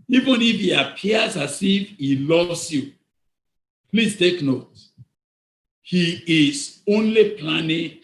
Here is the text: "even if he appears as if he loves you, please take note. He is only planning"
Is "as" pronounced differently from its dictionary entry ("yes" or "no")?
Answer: yes